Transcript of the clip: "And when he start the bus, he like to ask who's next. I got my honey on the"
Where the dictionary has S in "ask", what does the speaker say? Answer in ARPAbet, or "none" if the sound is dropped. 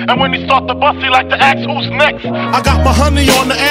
none